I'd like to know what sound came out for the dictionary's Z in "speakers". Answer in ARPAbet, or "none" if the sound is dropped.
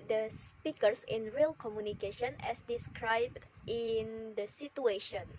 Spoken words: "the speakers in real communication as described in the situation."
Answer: S